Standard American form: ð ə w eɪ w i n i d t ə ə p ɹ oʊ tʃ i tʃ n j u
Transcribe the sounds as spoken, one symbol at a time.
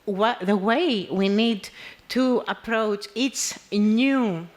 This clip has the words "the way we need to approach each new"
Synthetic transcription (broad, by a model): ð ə w eɪ w i n i d t ə ə p ɹ oʊ tʃ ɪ s n j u